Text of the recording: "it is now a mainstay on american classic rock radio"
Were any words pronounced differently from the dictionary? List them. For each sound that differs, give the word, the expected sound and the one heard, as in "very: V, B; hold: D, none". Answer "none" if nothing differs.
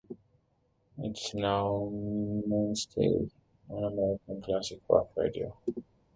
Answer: rock: R, W